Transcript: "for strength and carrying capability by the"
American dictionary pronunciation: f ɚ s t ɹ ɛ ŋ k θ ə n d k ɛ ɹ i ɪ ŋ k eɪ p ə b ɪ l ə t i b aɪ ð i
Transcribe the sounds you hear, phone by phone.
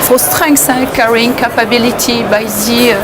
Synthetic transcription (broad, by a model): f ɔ s t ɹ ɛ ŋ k s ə k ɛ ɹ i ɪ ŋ k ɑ p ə b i l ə t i b aɪ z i